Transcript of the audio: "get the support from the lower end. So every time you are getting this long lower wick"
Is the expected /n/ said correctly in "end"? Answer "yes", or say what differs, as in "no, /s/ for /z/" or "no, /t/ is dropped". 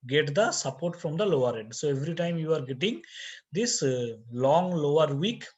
no, /n/ is dropped